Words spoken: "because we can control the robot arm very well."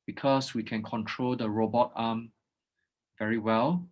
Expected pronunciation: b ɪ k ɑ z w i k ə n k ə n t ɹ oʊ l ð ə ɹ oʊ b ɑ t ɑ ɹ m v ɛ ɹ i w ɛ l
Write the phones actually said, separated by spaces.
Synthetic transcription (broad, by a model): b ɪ k ɑ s w i k ə n k ə n t ɹ oʊ l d ə ɹ oʊ b ɑ t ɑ m v ɛ ɹ i w ɛ l